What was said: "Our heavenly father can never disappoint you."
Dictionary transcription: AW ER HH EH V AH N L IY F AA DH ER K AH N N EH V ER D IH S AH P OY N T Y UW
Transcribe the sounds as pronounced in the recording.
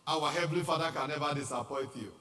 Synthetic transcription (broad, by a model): AW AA HH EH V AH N L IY F AA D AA K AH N N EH V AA D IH S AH P OY T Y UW